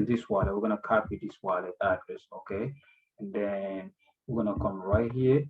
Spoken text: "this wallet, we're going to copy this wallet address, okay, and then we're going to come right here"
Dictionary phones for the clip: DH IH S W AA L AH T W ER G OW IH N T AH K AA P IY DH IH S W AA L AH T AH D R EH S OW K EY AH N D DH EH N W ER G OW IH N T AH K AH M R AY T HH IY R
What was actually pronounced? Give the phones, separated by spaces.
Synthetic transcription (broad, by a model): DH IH S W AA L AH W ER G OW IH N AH K AA P IY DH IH S W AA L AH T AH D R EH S OW K EY AH N D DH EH N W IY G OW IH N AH K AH M R AY T HH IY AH